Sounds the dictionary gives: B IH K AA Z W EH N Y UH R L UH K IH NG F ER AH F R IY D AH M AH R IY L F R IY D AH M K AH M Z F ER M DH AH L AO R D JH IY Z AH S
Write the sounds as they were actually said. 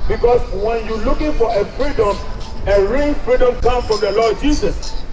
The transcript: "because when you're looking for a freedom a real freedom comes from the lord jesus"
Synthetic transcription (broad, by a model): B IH K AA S W EH N Y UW L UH K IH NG F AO AH F R IY D AH M AH R IY L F R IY D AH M K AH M F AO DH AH L AO D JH IY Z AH S